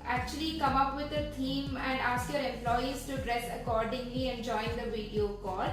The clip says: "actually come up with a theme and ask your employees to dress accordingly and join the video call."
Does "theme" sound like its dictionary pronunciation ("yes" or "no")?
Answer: no